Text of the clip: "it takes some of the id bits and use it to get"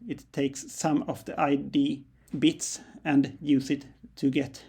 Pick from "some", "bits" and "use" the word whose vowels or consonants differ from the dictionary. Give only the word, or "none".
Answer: none